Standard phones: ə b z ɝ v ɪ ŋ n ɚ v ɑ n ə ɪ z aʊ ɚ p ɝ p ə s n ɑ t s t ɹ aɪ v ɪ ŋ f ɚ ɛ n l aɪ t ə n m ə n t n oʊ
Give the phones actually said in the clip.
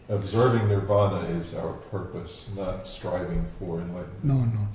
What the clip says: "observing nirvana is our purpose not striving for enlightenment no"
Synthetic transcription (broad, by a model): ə b z ɝ v ɪ ŋ n ɚ v ɑ n ə ɪ z aʊ ɚ p ɝ p ə s n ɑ t s t ɹ aɪ v ɪ ŋ f ɚ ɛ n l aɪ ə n ə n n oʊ